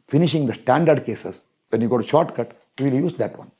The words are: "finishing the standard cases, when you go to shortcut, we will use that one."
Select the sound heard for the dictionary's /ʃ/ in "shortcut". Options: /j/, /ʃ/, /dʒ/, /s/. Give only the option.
/ʃ/